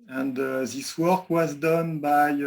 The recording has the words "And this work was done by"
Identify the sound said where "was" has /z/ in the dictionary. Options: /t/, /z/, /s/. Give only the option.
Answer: /z/